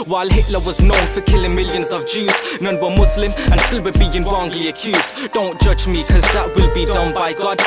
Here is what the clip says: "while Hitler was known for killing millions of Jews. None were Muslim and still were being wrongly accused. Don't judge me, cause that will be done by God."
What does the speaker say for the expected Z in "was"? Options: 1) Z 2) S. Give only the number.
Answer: 1